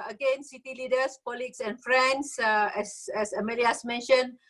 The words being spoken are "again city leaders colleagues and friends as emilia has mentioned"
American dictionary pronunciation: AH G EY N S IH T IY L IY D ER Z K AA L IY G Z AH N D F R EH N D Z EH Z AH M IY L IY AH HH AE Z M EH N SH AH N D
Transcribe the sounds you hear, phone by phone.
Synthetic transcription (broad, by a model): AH G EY N S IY T IY L IY D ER S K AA L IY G S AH N F R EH N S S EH S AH M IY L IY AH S M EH N SH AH N